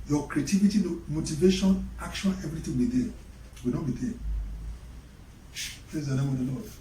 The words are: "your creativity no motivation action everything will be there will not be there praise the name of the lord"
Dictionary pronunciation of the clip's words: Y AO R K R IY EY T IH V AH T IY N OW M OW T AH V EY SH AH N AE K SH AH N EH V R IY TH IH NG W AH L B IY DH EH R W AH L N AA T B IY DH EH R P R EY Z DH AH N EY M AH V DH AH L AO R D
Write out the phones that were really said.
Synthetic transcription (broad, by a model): Y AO K R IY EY T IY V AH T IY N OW M OW T AH V EY SH AH N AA K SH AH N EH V R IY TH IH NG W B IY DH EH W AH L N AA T B IY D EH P L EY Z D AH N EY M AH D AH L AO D